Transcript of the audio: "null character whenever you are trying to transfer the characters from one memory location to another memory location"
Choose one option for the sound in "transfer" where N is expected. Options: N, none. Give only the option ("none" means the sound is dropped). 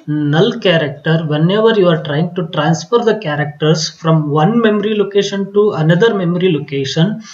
N